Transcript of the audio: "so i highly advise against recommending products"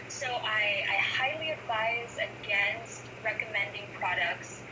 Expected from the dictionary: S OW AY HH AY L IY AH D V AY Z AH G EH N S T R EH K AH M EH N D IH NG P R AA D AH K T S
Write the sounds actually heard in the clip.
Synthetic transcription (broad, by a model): S OW AY HH AY L IY AH D V AY Z AH G EH N S T R EH K AH M EH N D IH NG P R AA D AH K T S